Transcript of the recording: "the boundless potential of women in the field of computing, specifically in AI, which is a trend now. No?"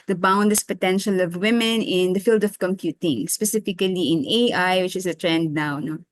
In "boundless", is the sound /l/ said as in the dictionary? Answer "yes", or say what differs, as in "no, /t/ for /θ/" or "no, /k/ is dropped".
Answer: no, /l/ is dropped